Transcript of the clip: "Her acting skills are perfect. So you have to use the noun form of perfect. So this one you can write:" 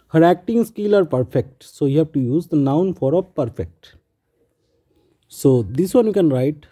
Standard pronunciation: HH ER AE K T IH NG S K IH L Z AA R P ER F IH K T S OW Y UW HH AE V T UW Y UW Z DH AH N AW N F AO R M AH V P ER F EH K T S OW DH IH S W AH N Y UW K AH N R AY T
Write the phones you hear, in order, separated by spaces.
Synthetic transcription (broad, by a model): HH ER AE K T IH NG S K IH L AA R P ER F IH K T S OW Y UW HH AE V T UW Y UW Z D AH N AW N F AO R AH P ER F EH K T S OW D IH S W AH N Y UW K AH N R AY T